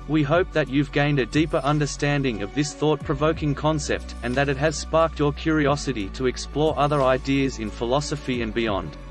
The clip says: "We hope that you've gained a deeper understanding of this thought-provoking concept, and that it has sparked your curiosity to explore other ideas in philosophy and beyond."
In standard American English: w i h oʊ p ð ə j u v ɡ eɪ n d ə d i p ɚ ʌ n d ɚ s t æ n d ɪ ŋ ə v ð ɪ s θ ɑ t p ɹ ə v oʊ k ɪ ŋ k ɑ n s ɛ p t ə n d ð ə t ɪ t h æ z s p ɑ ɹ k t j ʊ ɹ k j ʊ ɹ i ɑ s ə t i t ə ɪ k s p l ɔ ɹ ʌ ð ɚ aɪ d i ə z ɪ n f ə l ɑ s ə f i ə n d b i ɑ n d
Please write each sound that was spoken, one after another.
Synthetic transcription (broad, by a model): w i h oʊ p ð ə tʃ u v ɡ eɪ n d ə d i p ɚ ʌ n d ɚ s t æ n d ɪ ŋ ə v ð ɪ s θ ɑ t p ɹ ə v oʊ k ɪ ŋ k ɑ n s ɛ p t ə n ð ə t ɪ t h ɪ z s p ɑ ɹ k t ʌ ɹ k j ʊ ɹ i ɑ s ə t i t ə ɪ k s p l ɔ ɹ ʌ ð ɚ aɪ d i ə z ɪ n f ə l ɑ s ə f i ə n b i ɑ n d